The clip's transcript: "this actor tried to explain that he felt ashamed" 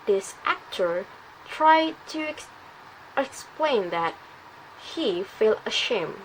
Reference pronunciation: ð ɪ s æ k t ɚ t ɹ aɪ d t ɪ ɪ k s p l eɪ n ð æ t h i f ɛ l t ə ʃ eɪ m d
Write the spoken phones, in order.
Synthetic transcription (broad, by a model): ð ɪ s æ k t ɚ t ɹ aɪ d t ɪ ɪ k s p l eɪ n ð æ t h i f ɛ l ə ʃ eɪ m